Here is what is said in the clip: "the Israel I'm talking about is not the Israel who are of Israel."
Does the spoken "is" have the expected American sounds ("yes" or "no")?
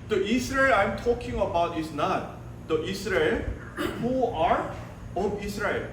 no